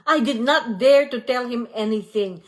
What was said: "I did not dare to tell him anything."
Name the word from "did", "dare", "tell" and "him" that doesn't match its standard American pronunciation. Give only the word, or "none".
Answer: none